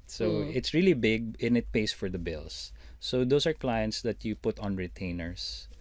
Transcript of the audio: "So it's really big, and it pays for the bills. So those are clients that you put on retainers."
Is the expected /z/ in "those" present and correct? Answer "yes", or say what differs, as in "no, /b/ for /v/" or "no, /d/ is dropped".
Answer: no, /s/ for /z/